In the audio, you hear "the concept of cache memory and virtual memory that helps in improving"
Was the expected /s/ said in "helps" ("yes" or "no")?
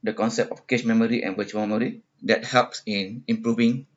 yes